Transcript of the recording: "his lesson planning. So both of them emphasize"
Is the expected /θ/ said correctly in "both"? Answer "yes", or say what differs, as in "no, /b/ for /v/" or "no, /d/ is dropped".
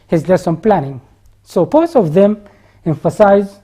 no, /s/ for /θ/